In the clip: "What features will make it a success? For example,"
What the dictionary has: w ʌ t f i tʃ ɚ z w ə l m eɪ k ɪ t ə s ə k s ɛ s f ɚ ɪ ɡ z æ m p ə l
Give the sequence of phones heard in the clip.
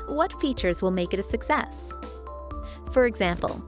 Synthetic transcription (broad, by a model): w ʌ t f i tʃ ɚ z w ə l m eɪ k ɪ t ə s ə k s ɛ s f ɚ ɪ ɡ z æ m p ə l